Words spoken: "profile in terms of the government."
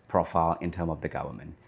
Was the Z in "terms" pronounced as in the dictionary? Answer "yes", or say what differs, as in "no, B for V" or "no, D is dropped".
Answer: no, Z is dropped